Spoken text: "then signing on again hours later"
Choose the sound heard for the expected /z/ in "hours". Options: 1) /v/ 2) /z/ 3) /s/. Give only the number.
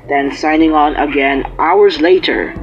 2